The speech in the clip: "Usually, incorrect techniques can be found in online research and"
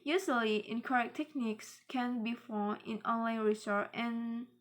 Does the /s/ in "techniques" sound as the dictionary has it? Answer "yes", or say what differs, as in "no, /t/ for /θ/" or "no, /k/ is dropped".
yes